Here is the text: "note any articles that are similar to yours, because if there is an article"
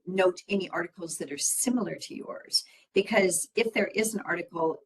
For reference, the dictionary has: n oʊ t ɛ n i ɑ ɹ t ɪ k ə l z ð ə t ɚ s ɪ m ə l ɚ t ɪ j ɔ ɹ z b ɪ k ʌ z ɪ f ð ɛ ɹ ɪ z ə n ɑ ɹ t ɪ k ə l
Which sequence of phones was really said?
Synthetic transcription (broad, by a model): n oʊ t ɛ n i ɑ ɹ t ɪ k l z ð ə t ɚ s ɪ m l ɚ t ɪ j ɔ ɹ z b ɪ k ʌ z ɪ f ð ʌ ɹ ɪ z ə n ɑ ɹ t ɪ k l